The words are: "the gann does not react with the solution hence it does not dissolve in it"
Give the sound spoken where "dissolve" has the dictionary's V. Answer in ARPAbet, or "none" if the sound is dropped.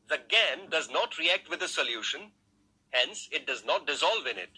V